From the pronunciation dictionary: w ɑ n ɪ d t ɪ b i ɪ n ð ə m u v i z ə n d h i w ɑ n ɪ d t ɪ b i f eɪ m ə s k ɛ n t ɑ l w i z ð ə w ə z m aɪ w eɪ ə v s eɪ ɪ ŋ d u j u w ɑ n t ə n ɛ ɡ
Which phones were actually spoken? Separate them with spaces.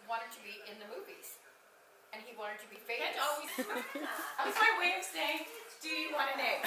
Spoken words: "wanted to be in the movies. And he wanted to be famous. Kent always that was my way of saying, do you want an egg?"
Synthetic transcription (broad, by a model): w ɑ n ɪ d t ɪ b i ɪ n ð ə m u v i z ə n i w ɑ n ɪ d t ɪ b i f eɪ ə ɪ t ɑ l w i z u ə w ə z m aɪ w eɪ ə v s eɪ ɪ ŋ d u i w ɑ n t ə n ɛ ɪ